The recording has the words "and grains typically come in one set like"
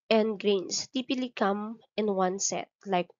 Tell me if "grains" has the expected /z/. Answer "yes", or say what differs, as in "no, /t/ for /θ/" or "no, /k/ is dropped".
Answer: no, /s/ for /z/